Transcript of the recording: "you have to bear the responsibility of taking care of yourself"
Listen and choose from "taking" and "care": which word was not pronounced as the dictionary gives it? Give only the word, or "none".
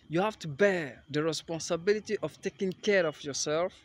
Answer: none